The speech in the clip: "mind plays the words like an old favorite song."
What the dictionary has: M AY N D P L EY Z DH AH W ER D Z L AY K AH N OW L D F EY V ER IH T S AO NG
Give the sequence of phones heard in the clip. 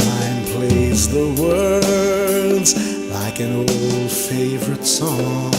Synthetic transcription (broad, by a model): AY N P L EY Z DH AH W ER D Z L AY K AH N OW L D F EY V ER IH T S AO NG